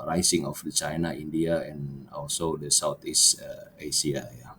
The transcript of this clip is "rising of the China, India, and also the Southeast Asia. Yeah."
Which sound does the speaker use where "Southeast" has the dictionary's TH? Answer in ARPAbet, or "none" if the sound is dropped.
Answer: T